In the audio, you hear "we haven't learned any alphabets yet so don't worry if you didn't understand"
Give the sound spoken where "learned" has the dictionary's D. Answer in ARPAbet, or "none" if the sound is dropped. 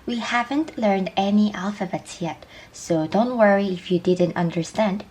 D